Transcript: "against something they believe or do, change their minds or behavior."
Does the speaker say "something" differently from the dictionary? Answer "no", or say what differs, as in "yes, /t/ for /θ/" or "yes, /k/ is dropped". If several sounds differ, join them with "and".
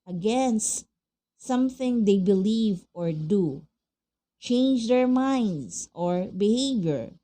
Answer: no